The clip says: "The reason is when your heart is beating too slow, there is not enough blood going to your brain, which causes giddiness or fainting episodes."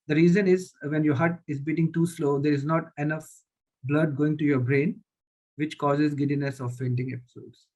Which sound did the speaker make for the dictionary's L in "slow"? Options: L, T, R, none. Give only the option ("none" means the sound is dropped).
L